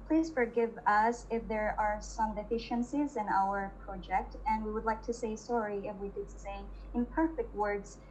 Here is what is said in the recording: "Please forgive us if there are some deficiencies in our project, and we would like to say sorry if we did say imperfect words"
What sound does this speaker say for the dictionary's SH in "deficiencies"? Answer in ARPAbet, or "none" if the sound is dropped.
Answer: SH